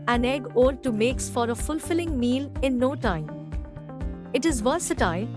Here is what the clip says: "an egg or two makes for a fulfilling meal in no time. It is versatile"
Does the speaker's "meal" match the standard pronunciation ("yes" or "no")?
yes